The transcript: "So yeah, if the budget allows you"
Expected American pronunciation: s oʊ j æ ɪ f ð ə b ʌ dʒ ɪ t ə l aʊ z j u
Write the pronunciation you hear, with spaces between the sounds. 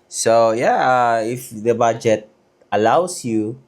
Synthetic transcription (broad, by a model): s oʊ j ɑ ɪ f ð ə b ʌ dʒ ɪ t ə l aʊ s j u